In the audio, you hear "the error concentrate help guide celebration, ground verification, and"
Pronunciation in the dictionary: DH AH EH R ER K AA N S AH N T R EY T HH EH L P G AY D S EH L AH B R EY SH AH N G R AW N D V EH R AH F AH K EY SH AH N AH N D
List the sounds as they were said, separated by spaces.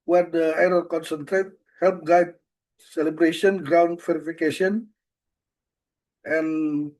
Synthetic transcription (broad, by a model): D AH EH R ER K AA N S AH N T R EY T HH EH L P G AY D S EH L AH B R EY SH AH N G R AW N D F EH R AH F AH K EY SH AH N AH N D